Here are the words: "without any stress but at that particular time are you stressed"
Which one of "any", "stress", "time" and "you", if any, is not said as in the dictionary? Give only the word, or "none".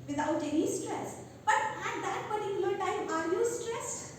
none